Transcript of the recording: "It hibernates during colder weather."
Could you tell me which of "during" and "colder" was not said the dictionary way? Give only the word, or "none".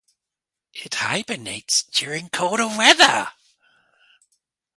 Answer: colder